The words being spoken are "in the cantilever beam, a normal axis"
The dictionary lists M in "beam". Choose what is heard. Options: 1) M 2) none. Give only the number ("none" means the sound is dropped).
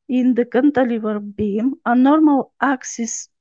1